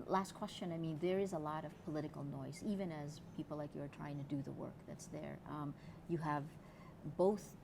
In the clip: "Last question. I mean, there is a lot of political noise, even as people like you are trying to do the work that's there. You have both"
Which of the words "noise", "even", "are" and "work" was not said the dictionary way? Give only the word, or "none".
none